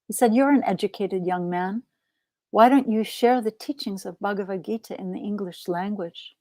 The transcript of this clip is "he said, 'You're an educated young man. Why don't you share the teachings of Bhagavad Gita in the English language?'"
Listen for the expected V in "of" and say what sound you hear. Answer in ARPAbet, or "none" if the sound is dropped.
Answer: V